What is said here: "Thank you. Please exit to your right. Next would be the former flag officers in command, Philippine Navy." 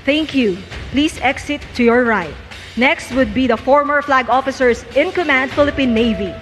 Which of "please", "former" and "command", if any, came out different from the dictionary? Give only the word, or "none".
please